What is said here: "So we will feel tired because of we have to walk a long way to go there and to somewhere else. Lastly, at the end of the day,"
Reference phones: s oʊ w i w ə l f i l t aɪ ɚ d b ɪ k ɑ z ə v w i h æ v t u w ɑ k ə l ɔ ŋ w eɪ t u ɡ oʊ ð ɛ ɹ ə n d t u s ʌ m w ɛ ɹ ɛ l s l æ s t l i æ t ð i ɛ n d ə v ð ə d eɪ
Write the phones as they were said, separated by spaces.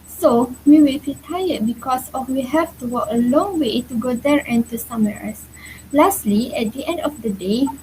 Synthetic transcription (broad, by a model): s oʊ w i w ə l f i t aɪ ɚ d b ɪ k ɑ s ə f w i h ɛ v t u w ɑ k ə l ɔ ŋ w eɪ t u ɡ oʊ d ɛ ɹ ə n t u s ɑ m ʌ ɹ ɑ s l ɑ s t l i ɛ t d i ɛ n d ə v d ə d eɪ